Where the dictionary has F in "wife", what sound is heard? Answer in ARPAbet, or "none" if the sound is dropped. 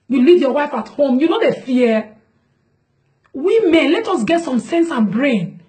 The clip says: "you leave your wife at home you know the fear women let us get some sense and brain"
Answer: F